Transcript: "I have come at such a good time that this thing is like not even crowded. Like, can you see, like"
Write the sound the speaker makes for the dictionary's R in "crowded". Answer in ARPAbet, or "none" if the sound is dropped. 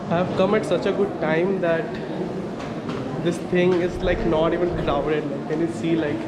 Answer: L